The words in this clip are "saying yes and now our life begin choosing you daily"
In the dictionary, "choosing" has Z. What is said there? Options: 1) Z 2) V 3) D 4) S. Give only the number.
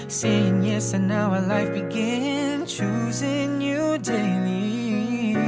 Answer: 1